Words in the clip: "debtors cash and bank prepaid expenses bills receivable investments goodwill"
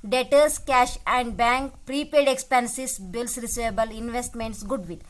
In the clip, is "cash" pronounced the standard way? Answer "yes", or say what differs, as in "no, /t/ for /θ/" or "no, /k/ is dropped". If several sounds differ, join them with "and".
yes